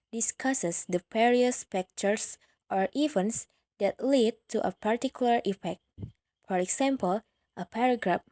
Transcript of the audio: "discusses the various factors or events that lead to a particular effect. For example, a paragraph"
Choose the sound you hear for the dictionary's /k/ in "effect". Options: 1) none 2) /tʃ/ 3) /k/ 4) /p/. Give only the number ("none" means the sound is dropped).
3